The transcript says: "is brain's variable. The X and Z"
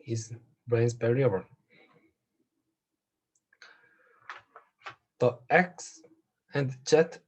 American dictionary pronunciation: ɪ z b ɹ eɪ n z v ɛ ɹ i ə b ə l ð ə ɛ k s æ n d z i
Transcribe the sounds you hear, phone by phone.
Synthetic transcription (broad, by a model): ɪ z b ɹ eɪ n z b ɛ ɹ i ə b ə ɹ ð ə ɛ k s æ n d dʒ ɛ